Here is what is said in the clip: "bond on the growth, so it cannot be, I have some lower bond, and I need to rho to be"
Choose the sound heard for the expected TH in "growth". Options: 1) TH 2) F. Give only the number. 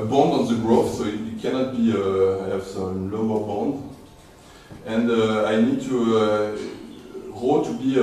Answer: 2